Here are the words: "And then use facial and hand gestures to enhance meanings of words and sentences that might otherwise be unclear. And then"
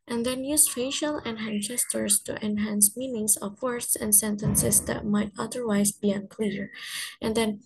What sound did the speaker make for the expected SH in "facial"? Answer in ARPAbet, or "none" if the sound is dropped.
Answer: SH